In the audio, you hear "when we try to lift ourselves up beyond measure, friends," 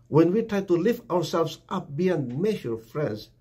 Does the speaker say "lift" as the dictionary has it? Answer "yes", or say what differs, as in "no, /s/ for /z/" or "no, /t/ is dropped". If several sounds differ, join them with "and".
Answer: yes